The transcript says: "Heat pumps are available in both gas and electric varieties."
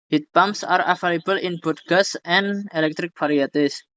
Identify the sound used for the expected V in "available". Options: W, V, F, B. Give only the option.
F